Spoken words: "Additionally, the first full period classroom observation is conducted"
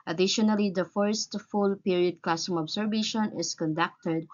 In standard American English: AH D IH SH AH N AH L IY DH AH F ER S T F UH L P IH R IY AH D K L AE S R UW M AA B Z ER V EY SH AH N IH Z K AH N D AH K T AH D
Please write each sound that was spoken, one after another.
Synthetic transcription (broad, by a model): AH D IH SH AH N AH L IY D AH F ER S T F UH L P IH R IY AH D K L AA S UW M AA B S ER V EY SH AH N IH S K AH N D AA K T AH D